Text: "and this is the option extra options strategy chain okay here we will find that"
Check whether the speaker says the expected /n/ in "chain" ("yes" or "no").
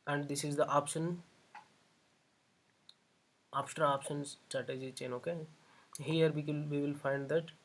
yes